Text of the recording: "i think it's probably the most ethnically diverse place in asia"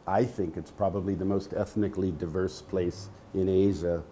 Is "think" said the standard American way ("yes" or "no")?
yes